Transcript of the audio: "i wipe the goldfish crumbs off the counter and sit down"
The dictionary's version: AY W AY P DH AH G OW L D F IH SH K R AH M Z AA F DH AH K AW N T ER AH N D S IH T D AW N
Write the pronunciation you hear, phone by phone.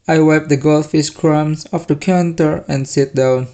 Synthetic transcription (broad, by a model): AY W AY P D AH G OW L F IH S K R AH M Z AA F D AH K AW N T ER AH N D S IH T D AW N